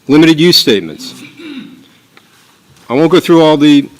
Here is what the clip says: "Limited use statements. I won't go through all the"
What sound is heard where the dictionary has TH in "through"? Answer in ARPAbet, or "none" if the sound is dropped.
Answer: TH